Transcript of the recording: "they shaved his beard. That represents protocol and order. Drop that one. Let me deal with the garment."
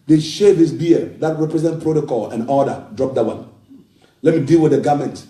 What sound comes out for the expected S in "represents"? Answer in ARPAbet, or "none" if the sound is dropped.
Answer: none